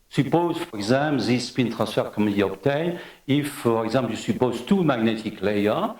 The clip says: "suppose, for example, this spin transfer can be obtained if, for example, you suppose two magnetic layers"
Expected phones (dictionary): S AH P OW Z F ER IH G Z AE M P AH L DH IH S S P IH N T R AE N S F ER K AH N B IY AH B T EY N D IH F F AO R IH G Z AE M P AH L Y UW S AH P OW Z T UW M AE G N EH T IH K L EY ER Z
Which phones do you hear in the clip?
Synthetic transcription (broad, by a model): S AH P OW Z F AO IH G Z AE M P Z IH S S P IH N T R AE S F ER K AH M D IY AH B T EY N IH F F AO R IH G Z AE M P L Y UW S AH P OW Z T UW M AE G N EH T IH K L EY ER